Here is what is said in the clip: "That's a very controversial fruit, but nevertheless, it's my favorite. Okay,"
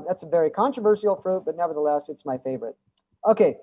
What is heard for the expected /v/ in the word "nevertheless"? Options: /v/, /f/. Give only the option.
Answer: /v/